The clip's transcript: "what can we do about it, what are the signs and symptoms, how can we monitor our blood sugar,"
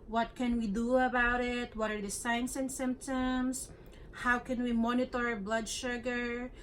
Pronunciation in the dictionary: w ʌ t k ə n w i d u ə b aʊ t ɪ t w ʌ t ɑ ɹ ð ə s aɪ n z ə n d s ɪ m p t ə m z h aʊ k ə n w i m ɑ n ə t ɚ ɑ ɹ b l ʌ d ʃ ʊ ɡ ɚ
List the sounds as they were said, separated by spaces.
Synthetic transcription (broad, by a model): w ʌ t k ə n w i d u ə b aʊ t ɪ t w ʌ t ɑ ɹ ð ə s aɪ n s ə n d s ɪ m p t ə m s h aʊ k ə n w i m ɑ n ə t ɑ ɹ b l ʌ d ʃ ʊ ɡ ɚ